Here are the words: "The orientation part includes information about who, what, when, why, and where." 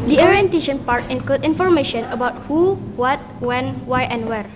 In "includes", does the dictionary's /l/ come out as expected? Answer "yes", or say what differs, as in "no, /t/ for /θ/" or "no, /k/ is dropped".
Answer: no, /l/ is dropped